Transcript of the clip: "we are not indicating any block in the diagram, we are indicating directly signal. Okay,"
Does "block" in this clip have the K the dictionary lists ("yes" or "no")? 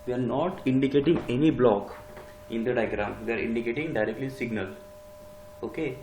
yes